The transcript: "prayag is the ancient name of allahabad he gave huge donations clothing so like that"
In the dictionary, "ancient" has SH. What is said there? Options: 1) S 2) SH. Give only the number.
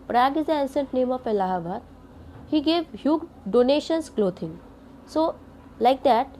1